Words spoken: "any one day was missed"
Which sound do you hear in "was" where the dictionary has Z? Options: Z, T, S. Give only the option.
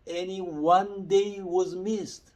Z